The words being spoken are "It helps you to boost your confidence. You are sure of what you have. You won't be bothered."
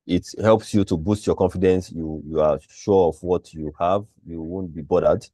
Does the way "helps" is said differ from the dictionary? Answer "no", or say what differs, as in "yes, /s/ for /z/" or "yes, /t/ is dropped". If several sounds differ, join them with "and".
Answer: no